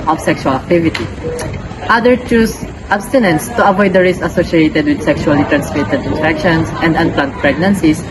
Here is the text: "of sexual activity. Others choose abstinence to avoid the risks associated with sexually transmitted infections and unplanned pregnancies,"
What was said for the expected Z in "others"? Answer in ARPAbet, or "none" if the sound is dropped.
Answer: none